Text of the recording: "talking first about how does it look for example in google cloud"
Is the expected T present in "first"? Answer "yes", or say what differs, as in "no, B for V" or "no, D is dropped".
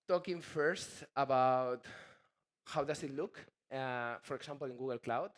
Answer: yes